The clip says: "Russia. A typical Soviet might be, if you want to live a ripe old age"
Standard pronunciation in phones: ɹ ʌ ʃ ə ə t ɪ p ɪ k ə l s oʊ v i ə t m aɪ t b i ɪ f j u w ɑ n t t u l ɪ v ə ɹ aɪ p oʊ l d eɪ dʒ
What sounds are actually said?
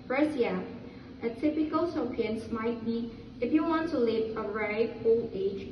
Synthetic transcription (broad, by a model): ɹ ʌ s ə ə t ɪ p ɪ k ə l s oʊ p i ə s m aɪ t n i ɪ f j u w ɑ n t t u l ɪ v ə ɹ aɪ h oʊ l eɪ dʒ